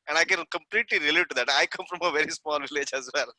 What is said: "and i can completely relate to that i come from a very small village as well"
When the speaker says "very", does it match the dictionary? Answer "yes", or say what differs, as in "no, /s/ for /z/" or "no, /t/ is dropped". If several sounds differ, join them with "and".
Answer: yes